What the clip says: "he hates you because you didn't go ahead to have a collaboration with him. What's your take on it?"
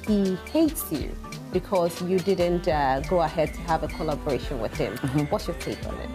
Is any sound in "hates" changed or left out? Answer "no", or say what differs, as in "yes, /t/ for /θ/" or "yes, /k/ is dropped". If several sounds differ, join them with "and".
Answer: no